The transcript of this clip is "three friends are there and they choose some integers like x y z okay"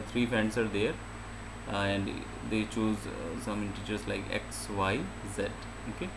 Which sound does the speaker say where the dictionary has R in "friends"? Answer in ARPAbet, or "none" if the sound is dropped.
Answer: none